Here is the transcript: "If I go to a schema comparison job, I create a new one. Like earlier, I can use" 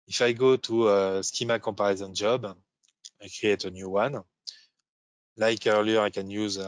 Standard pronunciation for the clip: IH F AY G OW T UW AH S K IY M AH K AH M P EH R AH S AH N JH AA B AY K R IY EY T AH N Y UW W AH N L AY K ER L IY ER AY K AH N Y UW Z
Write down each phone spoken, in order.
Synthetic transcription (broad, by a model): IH F AY G OW T UW AH S K IY M AH K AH P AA R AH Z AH N JH AA B AY K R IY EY T AH N Y UW W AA N L AY K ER L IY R AY K AH N Y UW Z